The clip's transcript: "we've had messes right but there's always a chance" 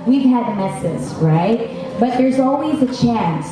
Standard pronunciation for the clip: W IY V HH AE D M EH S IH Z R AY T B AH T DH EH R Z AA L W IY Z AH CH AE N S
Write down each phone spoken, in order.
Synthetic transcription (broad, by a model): W IY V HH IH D M EH S IH Z R AY T B AH T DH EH R Z AA L W IY Z AH CH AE N S